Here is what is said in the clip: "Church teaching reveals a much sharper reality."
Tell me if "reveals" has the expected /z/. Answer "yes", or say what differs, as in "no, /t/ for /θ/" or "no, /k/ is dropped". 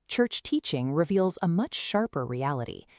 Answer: yes